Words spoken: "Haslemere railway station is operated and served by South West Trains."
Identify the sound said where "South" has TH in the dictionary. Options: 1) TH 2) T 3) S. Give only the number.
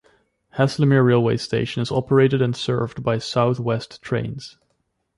1